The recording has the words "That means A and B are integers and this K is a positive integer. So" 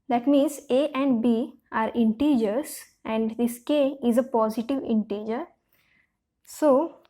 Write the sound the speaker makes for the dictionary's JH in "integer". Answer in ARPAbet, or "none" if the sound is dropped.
JH